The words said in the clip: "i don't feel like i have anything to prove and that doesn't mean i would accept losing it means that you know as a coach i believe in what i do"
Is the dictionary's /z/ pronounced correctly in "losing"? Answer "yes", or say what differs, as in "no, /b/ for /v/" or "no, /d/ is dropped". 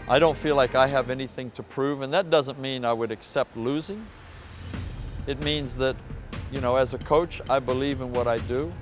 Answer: yes